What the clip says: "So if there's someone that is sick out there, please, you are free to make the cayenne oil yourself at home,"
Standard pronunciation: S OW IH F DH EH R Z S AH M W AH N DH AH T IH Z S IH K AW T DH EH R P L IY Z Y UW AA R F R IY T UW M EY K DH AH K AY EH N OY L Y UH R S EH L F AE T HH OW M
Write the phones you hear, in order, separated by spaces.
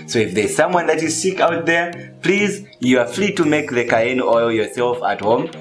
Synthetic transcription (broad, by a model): S OW IH F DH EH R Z S AH M W AH N DH AH T IH Z S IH K AW T DH EH R P L IY Z Y UW AA R F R IY T UW M EY K DH AH K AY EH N OY L Y UH R S EH L F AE T HH OW M